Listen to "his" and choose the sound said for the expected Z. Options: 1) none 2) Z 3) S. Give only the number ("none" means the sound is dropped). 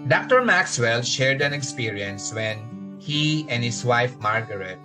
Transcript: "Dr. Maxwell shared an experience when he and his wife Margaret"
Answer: 3